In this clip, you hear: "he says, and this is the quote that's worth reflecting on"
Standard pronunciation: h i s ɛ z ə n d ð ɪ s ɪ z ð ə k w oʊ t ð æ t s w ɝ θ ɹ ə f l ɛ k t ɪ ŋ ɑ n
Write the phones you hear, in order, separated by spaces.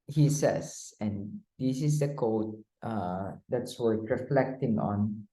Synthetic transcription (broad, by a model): h i s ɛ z ə n d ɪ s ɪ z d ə k oʊ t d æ t s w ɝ t ɹ ə f l ɛ k t ɪ ŋ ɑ n